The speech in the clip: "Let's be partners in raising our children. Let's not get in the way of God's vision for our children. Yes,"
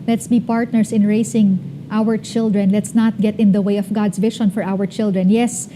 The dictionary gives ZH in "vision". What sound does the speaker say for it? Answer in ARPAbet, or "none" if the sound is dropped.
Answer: SH